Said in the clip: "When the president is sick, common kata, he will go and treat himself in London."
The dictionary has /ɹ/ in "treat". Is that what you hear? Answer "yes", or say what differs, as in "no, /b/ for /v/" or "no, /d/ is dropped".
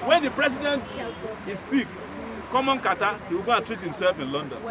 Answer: yes